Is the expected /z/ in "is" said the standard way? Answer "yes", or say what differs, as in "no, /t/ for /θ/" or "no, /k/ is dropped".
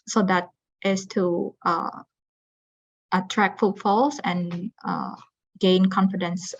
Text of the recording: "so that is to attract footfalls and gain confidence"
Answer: no, /s/ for /z/